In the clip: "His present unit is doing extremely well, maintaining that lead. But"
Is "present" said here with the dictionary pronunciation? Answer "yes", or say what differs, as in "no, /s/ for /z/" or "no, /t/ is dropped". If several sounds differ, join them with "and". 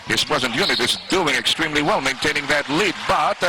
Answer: yes